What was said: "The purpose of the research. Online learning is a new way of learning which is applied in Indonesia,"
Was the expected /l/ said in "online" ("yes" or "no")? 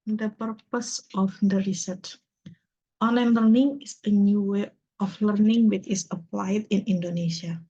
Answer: no